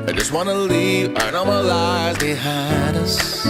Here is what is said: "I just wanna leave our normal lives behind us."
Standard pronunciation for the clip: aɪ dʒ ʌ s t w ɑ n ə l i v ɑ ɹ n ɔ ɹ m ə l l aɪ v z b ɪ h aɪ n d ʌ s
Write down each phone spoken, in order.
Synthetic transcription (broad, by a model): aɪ dʒ ʌ s t w ɑ n ə l i v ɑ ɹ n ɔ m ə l l aɪ v z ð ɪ h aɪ d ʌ s